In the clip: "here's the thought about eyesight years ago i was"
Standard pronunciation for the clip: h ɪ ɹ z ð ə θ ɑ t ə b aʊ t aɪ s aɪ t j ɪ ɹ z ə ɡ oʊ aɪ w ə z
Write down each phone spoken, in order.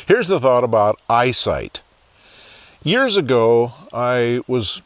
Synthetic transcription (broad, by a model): h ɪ ɹ z ð ə θ ɑ t ə b aʊ t aɪ s aɪ t j ɪ ɹ z ə ɡ oʊ aɪ w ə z